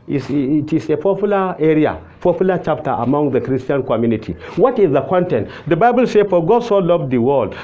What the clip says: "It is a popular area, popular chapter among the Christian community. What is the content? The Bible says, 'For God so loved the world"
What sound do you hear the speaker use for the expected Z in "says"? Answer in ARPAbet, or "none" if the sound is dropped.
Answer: none